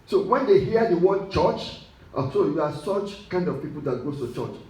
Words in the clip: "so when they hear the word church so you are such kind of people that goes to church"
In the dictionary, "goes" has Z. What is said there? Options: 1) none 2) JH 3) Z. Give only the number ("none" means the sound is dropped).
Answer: 1